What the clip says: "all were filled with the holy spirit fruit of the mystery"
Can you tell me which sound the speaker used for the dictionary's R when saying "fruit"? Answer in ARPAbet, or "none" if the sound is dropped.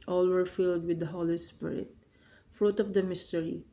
R